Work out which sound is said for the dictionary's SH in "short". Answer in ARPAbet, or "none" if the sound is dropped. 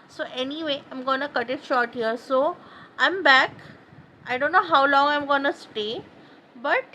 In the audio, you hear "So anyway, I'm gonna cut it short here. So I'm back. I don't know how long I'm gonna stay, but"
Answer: SH